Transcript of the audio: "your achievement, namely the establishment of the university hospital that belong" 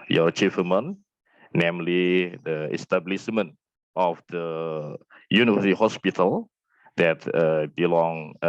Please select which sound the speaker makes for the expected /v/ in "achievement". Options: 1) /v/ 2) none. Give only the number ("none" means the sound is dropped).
2